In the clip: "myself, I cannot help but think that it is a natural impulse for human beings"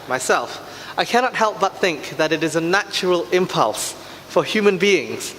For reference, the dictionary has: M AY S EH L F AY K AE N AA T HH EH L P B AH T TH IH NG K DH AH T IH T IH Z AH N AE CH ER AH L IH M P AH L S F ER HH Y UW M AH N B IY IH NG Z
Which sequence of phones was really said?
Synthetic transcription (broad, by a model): M AY S EH L F AY K AE N AA T HH EH L P B AH T TH IH NG K DH AH T IH T IH Z AH N AE CH ER AH L IH M P AH L S F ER HH Y UW M AH N B IY IH NG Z